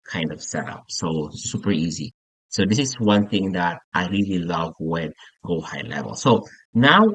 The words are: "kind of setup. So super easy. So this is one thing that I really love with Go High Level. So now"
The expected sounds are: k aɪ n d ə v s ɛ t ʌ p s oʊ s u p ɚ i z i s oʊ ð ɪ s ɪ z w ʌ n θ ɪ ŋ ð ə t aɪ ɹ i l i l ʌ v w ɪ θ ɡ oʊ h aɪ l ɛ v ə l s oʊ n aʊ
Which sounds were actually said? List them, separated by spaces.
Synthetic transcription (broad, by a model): k aɪ n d ə v s ɛ t ʌ p s oʊ s u p ɚ i z i s oʊ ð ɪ s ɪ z w ʌ n θ ɪ ŋ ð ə t aɪ ɹ i l i l ʌ v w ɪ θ ɡ oʊ h aɪ l ɛ v ə l s oʊ n aʊ